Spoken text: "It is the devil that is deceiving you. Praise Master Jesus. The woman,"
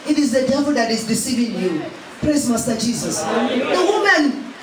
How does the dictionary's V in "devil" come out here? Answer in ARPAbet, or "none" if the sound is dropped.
P